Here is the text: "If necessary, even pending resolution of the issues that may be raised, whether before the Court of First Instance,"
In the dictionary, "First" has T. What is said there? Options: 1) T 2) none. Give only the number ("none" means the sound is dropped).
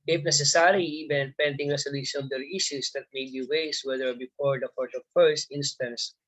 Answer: 1